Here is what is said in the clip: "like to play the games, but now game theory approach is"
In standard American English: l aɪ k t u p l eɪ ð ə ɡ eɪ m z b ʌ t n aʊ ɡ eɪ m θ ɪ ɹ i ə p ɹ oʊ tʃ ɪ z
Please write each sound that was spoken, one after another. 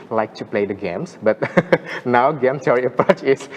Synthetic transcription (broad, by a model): l aɪ k t u p l eɪ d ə ɡ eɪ m s b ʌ t n aʊ ɡ eɪ m s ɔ ɹ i ə p ɹ oʊ tʃ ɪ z